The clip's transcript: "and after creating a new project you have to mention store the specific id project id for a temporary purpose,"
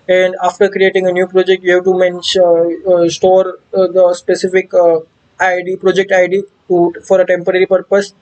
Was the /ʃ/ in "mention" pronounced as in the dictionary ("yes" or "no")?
no